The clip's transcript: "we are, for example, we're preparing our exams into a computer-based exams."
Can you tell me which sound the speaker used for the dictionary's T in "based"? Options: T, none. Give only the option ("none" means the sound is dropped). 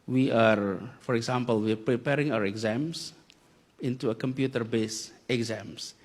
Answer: none